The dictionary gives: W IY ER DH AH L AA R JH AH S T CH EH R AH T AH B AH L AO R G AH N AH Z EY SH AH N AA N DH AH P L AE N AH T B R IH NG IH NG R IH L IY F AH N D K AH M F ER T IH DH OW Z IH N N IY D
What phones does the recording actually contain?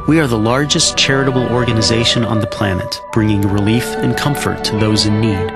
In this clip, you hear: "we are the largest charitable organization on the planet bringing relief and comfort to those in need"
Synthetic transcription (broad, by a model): W IY ER DH AH L AA R JH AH S CH EH R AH T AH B L AO R G AH N AH Z EY SH AH N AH N DH AH P L AE N AH T B R IH NG IH NG R IH L IY F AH N K AH M F ER T IH DH OW Z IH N N IY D